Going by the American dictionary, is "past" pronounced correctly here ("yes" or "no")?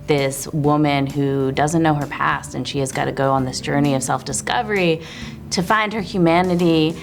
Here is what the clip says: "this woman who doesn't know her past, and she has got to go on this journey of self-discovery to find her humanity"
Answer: yes